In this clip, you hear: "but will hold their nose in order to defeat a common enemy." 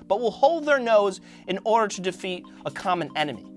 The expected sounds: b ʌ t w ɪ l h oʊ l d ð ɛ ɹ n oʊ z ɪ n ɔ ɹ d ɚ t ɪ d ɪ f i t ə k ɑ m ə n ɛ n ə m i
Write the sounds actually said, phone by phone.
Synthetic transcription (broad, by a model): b ʌ t w ɪ l h oʊ l d ð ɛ ɹ n oʊ z ɪ n ɔ ɹ d ɚ t ɪ d ɪ f i t ə k ɑ m ə n ɛ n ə m i